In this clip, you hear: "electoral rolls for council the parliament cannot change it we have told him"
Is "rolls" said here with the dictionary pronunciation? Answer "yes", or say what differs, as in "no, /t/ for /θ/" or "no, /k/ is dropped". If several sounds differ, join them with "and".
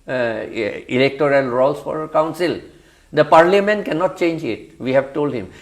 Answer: no, /s/ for /z/